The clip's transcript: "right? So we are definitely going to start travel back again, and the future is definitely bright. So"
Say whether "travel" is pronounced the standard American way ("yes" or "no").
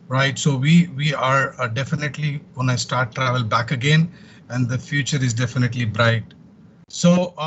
yes